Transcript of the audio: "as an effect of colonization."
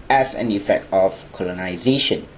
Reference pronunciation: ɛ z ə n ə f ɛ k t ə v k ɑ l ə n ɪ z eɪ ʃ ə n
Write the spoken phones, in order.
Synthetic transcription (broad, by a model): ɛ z ə n ə f ɛ k t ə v k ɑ l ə n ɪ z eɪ ʃ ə n